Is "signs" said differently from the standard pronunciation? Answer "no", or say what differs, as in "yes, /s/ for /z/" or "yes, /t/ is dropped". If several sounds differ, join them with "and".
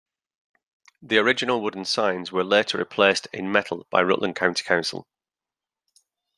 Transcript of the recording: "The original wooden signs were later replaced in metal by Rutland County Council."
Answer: no